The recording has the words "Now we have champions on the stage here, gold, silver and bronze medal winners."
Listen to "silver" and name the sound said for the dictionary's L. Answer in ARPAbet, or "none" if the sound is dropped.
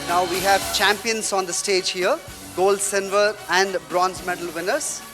N